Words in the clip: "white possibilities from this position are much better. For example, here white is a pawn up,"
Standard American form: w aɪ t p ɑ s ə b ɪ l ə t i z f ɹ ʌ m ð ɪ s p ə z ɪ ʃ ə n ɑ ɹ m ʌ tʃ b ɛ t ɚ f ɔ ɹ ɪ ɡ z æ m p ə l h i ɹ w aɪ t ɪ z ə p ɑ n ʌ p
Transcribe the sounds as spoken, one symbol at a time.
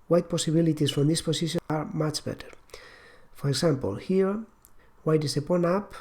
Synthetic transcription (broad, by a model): w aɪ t p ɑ s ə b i l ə t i s f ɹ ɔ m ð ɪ s p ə s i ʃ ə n ɑ ɹ m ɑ tʃ b ɛ t ɚ f ɔ ɹ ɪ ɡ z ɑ m p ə l h i ɹ w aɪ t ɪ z ə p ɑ n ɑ p